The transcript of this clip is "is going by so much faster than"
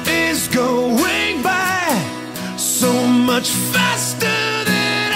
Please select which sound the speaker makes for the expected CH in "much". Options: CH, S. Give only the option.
CH